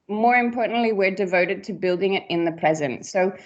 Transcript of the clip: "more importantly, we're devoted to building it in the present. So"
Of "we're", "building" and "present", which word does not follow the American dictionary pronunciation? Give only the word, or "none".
none